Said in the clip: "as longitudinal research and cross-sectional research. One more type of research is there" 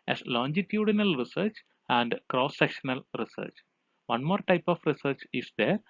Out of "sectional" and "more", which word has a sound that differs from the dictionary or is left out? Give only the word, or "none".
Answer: none